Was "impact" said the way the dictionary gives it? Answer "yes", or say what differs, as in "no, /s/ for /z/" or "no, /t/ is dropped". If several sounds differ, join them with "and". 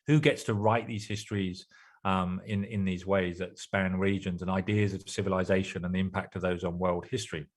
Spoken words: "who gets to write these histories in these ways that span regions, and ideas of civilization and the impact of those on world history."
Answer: yes